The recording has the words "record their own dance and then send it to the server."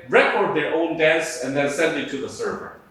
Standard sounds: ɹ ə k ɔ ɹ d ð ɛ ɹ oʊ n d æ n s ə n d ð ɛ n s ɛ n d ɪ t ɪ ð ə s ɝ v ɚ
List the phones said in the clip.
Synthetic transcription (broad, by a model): ɹ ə k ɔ ɹ d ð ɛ ɹ oʊ n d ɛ s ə n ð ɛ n s ɛ n d ɪ t ɪ ð ə s ɝ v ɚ